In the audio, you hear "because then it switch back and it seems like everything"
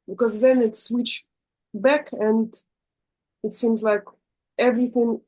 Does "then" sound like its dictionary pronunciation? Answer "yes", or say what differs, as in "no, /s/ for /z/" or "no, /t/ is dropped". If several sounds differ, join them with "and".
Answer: yes